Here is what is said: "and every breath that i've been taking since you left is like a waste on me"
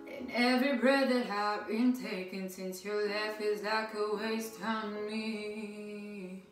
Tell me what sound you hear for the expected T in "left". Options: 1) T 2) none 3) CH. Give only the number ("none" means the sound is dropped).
2